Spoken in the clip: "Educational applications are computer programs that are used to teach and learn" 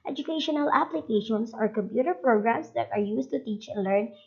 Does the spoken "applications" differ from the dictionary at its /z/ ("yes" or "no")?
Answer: yes